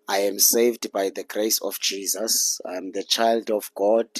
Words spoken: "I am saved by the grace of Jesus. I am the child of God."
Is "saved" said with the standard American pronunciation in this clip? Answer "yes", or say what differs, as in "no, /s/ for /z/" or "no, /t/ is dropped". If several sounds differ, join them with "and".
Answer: yes